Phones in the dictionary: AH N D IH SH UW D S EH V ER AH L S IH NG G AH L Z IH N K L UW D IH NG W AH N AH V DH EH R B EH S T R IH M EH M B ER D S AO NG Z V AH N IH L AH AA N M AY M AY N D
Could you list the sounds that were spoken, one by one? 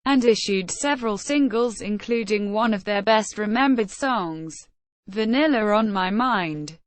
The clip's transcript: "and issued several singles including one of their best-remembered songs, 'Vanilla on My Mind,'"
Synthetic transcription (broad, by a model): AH N IH SH UW D S EH V ER AH L S IH NG G AH L Z IH N K L UW D IH NG W AH N AH V DH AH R B EH S T R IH M EH M B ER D S AO NG Z V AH N IH L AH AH N M AY M AY N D